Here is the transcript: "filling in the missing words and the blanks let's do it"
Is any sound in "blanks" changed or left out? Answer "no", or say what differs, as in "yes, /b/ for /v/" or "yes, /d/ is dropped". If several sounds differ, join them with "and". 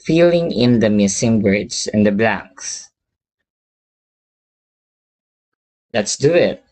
no